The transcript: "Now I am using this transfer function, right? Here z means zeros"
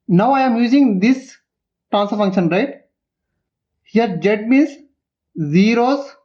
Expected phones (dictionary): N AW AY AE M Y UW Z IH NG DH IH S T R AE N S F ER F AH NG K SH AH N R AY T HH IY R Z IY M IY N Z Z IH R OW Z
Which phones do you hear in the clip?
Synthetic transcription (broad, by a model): N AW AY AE M Y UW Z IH NG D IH S T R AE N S ER F AH NG K SH AH N R AY T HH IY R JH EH M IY N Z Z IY R OW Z